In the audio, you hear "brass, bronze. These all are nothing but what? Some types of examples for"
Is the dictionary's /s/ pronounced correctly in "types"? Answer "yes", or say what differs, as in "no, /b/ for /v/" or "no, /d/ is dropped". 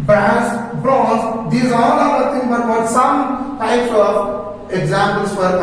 yes